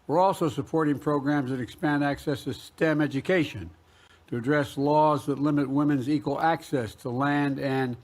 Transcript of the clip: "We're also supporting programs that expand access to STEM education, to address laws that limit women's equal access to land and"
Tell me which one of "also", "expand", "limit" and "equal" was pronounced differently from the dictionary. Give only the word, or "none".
none